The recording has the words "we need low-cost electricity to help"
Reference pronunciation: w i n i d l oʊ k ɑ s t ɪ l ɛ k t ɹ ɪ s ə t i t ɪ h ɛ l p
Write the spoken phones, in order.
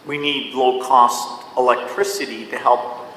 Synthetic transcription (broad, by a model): w i n i d l oʊ k ɑ s t ɪ l ɛ k t ɹ ɪ s ə t i t ɪ h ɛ l p